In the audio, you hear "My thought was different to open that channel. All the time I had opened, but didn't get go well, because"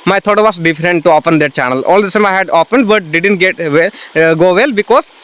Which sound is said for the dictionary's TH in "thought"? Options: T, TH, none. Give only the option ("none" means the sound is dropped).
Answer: T